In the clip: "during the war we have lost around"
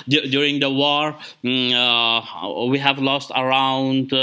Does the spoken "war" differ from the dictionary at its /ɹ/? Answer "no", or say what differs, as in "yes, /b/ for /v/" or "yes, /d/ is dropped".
no